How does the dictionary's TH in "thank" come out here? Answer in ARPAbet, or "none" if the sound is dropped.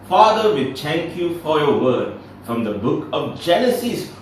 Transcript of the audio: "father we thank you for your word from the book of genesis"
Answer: T